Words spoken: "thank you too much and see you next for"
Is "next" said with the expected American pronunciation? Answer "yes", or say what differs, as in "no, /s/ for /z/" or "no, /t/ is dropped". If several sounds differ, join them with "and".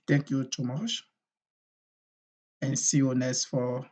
no, /k/ is dropped